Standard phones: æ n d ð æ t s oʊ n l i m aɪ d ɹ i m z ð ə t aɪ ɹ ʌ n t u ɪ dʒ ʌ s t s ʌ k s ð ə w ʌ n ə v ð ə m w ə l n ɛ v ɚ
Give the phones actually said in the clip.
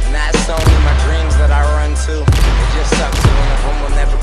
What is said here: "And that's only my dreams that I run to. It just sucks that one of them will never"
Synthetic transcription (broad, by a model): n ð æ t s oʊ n i m aɪ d ɹ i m z ð ə t aɪ ɹ ʌ n t u ɪ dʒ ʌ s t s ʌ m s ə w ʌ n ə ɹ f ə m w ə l n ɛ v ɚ